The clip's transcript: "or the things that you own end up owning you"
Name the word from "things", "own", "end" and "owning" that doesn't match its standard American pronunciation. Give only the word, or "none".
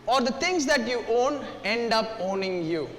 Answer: things